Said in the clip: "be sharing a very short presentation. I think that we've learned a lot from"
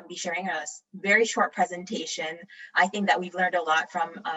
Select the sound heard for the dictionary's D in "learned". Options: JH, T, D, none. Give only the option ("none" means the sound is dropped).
D